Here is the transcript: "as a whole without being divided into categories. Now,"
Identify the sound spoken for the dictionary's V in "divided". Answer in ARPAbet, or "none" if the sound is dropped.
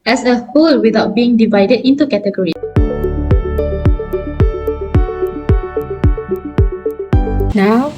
V